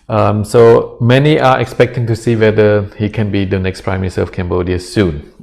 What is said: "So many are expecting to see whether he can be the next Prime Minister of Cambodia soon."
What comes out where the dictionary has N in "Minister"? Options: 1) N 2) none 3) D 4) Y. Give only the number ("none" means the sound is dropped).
2